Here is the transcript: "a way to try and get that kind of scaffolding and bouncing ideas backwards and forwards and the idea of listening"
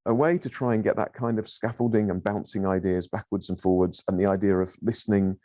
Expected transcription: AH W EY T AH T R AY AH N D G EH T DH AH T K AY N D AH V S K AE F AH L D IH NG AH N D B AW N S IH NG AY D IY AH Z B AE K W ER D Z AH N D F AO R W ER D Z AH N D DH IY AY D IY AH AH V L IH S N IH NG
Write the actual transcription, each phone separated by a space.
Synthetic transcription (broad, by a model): AH W EY T AH T R AY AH N G EH T DH AH T K AY N D AH V S K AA F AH L D IH NG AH N B AW N S IH NG AY D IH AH Z B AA K W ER D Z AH N F AO W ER D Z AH N DH IY AY D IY AH AH V L IH S N IH NG